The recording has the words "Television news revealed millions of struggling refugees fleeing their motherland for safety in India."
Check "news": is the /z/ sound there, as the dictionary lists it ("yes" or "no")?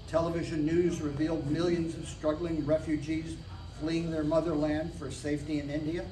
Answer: yes